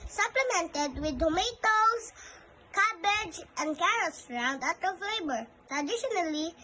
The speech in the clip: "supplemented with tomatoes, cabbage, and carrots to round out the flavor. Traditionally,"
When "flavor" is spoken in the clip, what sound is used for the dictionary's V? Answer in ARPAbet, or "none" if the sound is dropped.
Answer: B